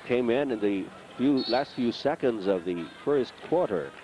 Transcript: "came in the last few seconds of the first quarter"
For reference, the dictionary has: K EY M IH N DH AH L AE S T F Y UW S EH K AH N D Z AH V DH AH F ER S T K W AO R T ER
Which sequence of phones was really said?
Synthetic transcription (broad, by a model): K EY M IH N DH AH L AE S T F Y UW S EH K AH N D Z AH V DH AH F ER S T K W AO R T ER